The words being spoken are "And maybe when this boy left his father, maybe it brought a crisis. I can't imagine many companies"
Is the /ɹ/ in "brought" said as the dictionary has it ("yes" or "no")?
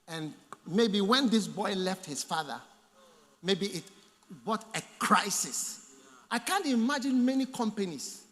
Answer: no